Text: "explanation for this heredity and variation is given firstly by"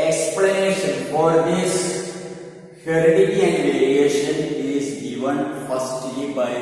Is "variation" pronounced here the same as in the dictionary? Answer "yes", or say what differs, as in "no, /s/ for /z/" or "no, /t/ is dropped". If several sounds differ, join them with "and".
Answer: no, /l/ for /ɹ/